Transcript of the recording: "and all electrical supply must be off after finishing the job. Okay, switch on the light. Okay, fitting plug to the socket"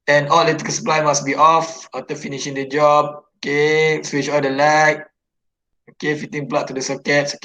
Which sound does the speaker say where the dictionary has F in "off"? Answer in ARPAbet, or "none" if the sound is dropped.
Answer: F